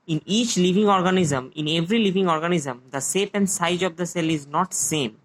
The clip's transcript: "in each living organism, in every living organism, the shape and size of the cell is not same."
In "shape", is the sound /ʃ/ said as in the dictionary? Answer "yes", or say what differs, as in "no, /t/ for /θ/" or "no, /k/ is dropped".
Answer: no, /s/ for /ʃ/